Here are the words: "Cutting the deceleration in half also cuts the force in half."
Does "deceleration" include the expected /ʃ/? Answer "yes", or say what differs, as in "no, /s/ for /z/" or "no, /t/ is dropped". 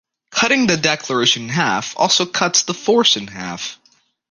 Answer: no, /ʃ/ is dropped